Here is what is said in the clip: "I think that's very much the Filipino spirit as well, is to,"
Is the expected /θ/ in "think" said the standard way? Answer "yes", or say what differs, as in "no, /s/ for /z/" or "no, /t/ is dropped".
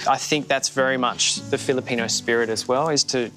yes